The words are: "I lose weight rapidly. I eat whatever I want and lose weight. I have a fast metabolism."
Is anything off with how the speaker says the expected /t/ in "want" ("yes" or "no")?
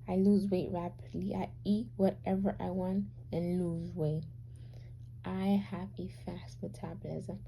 no